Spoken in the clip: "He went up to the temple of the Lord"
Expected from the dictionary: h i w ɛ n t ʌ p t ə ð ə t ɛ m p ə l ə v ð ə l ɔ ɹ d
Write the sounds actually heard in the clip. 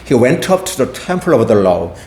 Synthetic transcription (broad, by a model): h i w ɛ n t ʌ p t ə ð ə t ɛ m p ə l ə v ð ə l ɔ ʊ